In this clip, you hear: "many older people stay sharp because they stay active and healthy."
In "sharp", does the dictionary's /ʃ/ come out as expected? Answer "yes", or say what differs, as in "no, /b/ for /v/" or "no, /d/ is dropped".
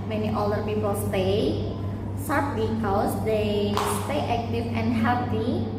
no, /s/ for /ʃ/